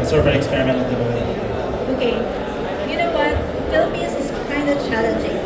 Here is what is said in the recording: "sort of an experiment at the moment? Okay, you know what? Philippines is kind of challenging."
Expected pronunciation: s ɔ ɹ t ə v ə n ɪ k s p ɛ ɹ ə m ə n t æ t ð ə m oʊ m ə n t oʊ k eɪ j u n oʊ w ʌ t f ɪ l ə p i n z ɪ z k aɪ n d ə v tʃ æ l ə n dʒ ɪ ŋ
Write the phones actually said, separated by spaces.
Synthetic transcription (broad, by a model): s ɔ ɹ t ə v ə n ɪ k s p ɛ ɹ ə m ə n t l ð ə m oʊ ə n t oʊ k eɪ j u n oʊ w ʌ t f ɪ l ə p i z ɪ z k aɪ n d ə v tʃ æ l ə n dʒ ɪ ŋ